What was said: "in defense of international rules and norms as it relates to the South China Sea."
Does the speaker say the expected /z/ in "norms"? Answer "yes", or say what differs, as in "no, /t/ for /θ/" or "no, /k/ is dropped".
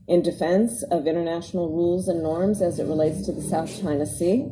yes